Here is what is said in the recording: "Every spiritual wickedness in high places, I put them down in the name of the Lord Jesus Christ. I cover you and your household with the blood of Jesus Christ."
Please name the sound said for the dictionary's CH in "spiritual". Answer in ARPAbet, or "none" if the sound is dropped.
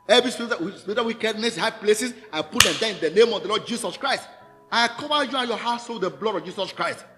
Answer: S